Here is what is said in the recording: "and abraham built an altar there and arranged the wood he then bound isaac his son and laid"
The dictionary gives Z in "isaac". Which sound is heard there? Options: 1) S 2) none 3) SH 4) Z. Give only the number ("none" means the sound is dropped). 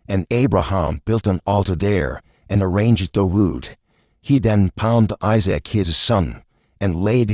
4